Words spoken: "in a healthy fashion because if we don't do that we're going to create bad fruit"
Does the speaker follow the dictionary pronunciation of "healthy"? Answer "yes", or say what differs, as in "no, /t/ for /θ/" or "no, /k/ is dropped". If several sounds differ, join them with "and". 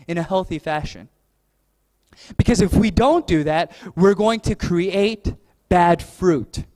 yes